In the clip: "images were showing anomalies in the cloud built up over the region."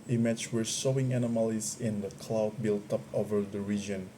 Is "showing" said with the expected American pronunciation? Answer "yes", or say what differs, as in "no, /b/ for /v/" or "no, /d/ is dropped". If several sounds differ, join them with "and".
no, /s/ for /ʃ/